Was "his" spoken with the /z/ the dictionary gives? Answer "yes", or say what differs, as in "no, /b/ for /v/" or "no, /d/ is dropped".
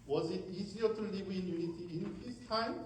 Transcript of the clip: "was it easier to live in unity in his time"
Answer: no, /s/ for /z/